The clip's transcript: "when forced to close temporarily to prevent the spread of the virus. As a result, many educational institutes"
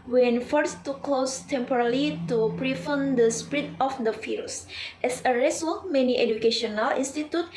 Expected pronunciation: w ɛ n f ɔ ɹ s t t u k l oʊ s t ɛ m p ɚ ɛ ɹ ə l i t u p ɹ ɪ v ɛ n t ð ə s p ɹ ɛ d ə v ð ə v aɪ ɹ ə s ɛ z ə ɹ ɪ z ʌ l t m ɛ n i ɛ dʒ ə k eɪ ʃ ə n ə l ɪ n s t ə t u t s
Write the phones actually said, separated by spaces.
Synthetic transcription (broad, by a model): w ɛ n f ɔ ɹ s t t u k l oʊ s t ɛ m p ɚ ɹ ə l i t u p ɹ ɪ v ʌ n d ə s p ɹ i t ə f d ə f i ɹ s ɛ s ə ɹ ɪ s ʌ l m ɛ n i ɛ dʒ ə k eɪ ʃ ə n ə l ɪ n s t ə t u t